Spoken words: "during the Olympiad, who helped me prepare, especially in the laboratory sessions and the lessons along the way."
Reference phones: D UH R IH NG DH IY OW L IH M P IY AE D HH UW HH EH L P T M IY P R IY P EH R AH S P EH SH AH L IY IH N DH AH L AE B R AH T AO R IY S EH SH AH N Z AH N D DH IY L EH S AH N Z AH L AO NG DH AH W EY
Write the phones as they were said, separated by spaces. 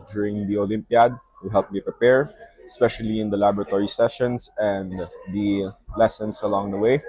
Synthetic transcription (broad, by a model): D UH R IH NG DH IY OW L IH M P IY D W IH HH EH L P M IY P R IY P EH R AH S P EH SH AH L IY IH N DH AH L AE B R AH T AO R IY S EH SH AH N S AH N D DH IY L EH S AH N S AH L AO NG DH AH W EY